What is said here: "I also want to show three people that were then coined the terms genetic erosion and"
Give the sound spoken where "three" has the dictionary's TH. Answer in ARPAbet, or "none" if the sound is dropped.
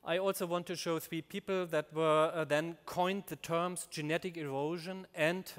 TH